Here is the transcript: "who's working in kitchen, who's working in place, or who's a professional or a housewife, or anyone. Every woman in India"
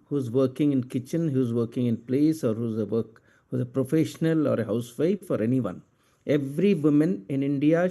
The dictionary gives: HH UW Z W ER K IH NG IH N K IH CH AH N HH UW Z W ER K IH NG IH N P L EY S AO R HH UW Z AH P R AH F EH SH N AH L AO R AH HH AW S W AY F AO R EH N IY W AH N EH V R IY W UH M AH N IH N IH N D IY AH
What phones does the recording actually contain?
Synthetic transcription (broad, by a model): HH UW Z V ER K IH NG IH N K IH CH AH N HH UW Z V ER K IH NG IH N P L EY S AO R HH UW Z AH P R AH F EH SH N AH L AO R AH HH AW S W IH F AO R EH N IY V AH N EH V R IY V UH M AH N IH N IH N D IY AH